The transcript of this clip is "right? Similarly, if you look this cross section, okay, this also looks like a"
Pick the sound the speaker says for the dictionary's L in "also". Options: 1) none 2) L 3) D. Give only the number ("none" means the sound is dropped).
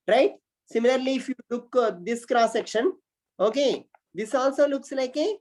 2